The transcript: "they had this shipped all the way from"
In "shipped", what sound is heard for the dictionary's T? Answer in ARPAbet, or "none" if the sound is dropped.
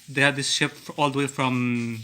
none